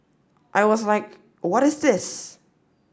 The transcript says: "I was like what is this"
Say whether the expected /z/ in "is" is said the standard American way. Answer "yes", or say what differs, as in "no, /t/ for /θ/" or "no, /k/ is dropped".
yes